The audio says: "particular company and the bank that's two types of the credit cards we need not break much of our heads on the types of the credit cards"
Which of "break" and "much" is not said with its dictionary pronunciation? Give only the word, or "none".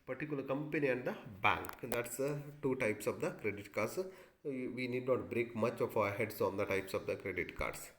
none